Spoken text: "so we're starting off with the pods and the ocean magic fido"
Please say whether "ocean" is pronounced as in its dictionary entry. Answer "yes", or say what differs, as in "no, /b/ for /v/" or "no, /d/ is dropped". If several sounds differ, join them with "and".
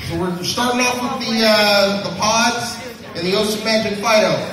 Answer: no, /s/ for /ʃ/